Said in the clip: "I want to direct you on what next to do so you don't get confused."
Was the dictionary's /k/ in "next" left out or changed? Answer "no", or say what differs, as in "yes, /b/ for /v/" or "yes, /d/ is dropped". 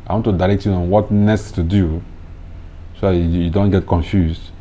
yes, /k/ is dropped